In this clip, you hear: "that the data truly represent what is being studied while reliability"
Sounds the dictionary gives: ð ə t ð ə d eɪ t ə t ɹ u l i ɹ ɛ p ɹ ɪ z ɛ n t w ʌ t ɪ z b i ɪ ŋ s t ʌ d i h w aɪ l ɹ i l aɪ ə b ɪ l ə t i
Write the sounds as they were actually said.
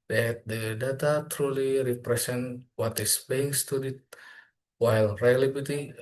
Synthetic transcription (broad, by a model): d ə t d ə d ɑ t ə t ɹ u l i ɹ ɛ p ɹ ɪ s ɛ n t w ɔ t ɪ s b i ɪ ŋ s t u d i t w aɪ l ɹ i l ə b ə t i